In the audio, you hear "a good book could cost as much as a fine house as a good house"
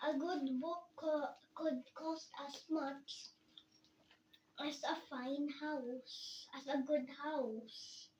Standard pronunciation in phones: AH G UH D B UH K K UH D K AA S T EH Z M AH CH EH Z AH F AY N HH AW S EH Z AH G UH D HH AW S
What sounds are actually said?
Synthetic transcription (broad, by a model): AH G UH D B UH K K UH D K AA S T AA S M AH CH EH S AH F AY N HH AW S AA S AH G UH D HH AW S